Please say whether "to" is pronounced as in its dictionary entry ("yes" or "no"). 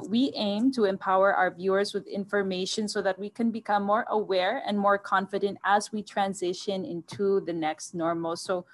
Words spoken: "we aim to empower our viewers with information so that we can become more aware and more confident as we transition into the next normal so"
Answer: yes